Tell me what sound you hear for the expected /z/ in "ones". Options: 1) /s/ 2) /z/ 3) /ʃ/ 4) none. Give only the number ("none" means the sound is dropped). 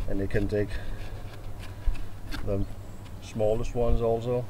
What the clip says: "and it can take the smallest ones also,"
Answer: 2